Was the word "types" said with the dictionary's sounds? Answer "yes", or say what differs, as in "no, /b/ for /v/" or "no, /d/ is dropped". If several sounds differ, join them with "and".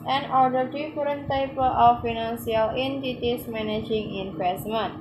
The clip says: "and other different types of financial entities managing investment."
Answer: no, /s/ is dropped